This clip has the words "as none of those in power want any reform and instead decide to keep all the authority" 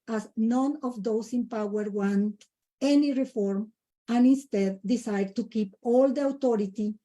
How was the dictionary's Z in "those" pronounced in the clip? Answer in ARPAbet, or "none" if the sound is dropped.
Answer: S